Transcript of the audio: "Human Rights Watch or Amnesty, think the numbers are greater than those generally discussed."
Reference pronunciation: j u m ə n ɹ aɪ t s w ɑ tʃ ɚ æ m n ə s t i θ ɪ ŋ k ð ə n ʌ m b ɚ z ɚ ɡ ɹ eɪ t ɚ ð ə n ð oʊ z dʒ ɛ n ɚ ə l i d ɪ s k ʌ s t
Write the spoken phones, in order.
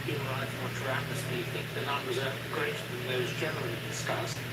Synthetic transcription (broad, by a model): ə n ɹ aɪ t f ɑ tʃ ɚ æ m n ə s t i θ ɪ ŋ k ð ə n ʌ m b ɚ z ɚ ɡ ɹ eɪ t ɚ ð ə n ð oʊ z dʒ ɛ n ɚ ə l i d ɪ s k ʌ s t